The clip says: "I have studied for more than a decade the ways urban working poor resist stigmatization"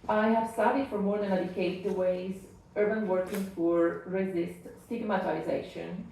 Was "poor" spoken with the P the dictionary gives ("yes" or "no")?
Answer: no